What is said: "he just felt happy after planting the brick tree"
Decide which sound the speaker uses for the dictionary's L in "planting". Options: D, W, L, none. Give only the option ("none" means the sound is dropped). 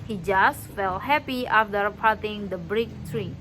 none